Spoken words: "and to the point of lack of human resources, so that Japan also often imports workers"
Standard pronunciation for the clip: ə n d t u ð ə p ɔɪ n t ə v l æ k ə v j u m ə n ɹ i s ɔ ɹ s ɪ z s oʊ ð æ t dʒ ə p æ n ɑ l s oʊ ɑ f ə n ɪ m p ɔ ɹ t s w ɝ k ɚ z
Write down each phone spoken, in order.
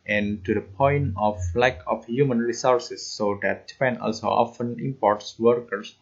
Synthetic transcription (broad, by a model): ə n d t u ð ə p ɔɪ n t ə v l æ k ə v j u m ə n ɹ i s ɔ ɹ s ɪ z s oʊ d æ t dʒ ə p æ n ɑ l s oʊ ɑ f ə n ɪ m p ɔ ɹ t s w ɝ k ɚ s